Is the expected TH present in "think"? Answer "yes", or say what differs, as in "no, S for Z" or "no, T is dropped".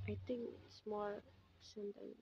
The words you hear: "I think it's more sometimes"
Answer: no, T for TH